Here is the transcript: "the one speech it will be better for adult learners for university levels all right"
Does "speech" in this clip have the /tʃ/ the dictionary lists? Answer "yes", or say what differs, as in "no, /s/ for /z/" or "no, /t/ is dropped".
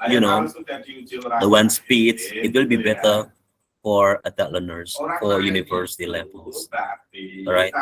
no, /s/ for /tʃ/